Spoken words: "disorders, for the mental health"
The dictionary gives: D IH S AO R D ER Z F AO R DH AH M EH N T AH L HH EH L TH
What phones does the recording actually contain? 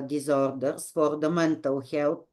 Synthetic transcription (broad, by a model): D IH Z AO R D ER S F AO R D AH M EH N T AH W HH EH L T